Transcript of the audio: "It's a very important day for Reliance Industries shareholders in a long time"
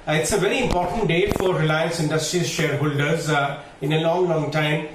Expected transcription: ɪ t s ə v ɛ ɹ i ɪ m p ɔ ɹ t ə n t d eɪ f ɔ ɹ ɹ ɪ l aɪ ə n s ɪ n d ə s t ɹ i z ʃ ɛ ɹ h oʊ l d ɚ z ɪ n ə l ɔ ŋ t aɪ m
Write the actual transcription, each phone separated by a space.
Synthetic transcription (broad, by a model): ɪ t s ə v ɛ ɹ i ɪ m p ɔ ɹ t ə n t d eɪ f ɔ ɹ ɹ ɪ l aɪ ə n s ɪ n d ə s t ɹ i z ʃ ɛ ɹ h oʊ l d ɚ z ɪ n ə l ɔ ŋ t aɪ m